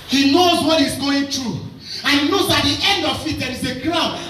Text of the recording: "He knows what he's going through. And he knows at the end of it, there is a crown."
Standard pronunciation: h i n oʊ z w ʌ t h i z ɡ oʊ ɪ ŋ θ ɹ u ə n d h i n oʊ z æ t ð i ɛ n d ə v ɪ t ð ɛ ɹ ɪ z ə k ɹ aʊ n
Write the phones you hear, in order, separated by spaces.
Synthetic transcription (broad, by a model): h i n oʊ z w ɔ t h i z ɡ oʊ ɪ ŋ t ɹ u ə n h i n oʊ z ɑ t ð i ɛ n d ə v ɪ t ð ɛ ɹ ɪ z ə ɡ ɹ aʊ n